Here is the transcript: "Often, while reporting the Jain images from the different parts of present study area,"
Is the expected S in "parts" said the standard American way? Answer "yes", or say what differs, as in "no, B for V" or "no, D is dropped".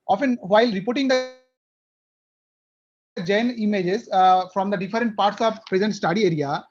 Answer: yes